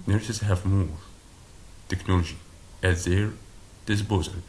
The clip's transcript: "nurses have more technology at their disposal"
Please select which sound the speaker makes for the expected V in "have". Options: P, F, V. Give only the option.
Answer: V